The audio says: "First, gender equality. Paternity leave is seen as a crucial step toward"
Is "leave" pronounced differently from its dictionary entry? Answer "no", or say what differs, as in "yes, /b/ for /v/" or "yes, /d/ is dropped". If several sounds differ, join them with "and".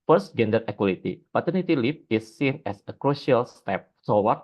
yes, /p/ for /v/